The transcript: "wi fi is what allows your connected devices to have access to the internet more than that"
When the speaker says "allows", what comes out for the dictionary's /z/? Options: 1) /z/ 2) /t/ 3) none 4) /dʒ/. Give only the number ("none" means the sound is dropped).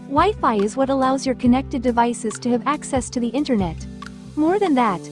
1